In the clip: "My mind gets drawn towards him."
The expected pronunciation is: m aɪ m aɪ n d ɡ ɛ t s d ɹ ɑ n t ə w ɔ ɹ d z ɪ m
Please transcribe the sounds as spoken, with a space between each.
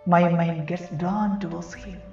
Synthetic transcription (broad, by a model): m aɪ m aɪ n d ɡ ɛ t s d ɑ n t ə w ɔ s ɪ